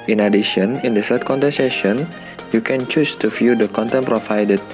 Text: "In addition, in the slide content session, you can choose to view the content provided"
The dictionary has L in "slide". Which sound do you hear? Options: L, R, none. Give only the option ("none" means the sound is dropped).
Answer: none